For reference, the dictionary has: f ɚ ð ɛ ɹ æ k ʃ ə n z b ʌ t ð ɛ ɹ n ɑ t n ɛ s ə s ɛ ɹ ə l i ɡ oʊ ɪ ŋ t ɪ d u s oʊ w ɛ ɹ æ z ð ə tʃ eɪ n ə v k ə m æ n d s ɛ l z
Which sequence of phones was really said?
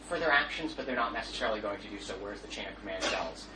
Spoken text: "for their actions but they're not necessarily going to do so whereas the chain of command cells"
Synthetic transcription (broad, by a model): f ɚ ð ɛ ɹ æ k ʃ ə n z b ʌ t ð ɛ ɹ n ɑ t n ɛ s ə s ɛ ɹ l i ɡ oʊ ɪ ŋ t ɪ d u s oʊ w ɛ ɹ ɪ z ð ə tʃ eɪ n ə v k ə m æ n d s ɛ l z